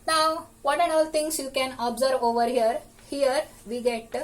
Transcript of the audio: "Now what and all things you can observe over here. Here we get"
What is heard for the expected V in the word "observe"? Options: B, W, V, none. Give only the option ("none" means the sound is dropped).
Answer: V